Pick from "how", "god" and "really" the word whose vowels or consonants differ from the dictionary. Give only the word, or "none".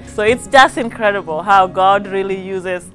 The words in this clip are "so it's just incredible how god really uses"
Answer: none